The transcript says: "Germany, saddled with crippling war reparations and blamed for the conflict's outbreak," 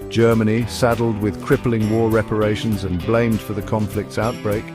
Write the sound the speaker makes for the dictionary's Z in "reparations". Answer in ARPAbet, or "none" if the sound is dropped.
Z